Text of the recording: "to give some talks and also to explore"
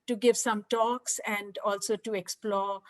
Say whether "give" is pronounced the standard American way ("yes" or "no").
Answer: yes